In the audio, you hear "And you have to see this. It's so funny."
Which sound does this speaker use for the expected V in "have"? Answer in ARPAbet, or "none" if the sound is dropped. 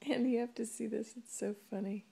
F